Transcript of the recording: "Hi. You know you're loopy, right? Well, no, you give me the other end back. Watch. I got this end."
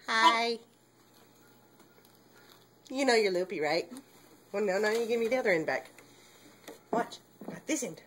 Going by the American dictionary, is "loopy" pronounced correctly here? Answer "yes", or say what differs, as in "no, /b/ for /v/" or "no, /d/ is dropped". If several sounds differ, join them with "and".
yes